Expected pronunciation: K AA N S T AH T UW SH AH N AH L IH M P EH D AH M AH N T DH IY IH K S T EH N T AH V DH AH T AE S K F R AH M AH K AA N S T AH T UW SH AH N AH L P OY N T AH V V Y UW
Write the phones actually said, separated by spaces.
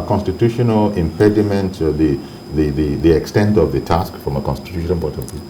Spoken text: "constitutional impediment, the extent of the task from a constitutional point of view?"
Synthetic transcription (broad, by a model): K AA N S T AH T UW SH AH N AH L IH M P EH D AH M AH N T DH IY IH K S T EH N T AH V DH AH T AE S K F R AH M AH K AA N S T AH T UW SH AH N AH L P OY T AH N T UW